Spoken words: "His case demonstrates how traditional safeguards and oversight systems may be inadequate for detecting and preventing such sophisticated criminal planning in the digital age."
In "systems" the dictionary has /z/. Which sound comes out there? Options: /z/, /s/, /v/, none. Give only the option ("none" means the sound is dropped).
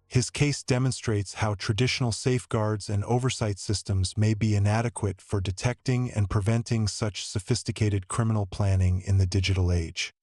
/z/